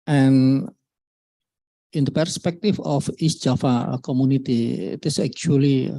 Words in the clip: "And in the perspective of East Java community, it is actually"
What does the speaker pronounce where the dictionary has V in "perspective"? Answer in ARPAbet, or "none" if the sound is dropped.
F